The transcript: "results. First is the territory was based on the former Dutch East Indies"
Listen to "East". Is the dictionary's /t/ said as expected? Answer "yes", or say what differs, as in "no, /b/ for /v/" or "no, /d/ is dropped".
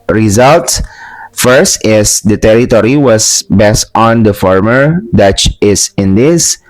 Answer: no, /t/ is dropped